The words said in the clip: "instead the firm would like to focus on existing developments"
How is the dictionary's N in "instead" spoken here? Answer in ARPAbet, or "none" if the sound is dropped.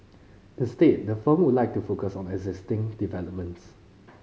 none